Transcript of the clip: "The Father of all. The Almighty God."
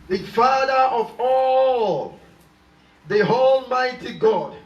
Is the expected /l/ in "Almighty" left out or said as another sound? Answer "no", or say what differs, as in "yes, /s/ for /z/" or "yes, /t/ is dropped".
no